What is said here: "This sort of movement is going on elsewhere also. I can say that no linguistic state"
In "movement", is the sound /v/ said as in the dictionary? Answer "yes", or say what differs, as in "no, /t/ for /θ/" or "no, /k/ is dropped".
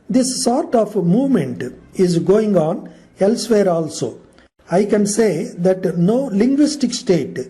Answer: yes